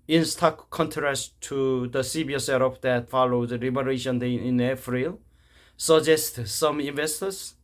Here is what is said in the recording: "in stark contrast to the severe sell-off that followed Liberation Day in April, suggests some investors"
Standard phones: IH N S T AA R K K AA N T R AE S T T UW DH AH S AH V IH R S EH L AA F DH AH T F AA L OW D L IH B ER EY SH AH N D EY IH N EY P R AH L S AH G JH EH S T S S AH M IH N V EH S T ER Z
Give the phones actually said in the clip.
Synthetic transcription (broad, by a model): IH N S T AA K K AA N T R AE S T T UW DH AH S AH B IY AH S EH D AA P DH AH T F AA L OW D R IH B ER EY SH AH N D EY IH N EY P R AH L S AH JH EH S T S S AH M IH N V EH S T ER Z